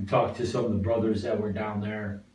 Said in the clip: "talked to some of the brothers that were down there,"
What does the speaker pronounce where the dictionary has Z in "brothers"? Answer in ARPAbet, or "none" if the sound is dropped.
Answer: Z